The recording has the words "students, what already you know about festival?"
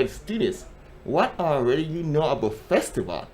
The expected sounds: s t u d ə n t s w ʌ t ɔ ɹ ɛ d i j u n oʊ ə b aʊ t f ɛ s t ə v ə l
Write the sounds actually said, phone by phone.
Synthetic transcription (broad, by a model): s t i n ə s w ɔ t ɔ ɹ ɛ d i j u n oʊ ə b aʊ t f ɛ s t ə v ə l